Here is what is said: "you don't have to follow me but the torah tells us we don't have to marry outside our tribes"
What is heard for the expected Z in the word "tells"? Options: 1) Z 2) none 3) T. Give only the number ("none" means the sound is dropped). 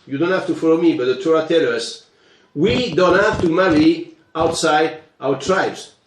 2